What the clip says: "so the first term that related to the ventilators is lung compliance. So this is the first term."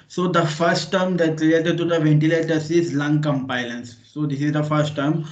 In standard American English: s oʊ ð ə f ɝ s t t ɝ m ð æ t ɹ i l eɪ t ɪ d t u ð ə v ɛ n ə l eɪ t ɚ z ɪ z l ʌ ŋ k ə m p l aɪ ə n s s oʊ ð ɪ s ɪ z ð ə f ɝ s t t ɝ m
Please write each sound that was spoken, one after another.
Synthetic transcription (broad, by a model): s oʊ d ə f ɝ s t t ɝ m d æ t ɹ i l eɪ t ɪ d t u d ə v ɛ n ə l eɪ t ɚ s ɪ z l ʌ ŋ k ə m p aɪ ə n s s oʊ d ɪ s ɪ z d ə f ɝ s t t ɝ m